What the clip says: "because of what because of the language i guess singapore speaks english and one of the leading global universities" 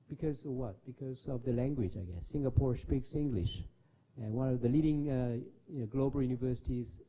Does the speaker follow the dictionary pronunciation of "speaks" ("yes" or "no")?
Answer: yes